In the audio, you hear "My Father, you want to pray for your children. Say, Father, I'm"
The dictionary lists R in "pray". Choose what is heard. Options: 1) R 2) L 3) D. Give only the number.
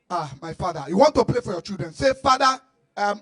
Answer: 2